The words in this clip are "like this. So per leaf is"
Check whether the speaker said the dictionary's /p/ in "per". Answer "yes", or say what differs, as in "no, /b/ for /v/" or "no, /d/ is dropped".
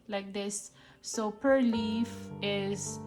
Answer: yes